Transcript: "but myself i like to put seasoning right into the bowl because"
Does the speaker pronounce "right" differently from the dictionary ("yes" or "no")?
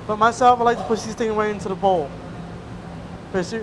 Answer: yes